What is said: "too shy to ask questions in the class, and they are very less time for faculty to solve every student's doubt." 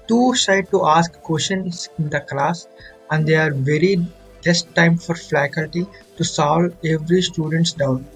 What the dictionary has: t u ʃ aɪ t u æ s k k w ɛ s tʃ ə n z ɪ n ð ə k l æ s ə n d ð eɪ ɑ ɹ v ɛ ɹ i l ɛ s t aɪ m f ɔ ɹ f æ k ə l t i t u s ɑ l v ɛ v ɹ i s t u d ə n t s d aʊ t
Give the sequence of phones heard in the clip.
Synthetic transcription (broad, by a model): t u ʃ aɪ t u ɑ s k k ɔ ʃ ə n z ɪ n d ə k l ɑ s ə n d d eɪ ɑ ɹ v ɛ ɹ i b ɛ s t aɪ m f ɔ ɹ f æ k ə l t i t u s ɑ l ɛ v ɹ i s t u d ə n t s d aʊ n